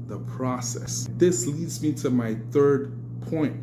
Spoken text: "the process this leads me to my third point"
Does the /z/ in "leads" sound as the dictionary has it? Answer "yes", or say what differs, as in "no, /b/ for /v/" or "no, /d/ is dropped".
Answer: yes